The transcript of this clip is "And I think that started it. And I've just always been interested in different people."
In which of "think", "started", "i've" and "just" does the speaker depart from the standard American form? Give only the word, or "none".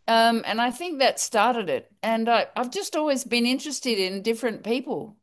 none